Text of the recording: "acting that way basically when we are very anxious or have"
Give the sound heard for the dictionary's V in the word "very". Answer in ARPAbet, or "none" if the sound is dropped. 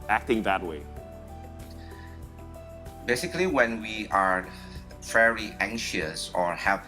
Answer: F